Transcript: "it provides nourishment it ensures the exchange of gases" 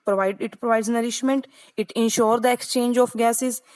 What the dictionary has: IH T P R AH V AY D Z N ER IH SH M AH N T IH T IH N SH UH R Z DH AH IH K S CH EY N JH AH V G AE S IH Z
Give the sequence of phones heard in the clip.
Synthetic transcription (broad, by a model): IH T P R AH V AY D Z N ER IH SH M AH N T IH T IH N SH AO R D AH IH K S CH EY N JH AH F G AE S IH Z